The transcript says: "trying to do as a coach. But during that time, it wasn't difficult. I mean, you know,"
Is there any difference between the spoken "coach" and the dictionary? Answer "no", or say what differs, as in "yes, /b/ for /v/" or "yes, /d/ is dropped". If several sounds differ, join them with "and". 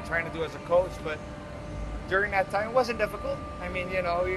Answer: no